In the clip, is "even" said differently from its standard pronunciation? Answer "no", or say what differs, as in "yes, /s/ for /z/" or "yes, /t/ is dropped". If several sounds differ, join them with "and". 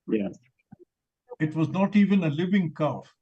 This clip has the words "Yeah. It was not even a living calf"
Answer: no